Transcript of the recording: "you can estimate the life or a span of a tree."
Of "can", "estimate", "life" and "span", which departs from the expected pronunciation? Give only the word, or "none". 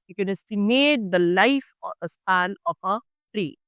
span